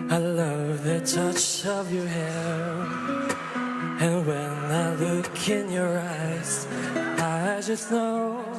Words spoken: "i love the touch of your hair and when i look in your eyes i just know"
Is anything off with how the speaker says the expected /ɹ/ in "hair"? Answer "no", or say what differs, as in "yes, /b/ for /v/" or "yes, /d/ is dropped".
yes, /l/ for /ɹ/